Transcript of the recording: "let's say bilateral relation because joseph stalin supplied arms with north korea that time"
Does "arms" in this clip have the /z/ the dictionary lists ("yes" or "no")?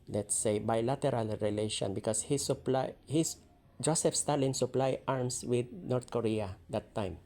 no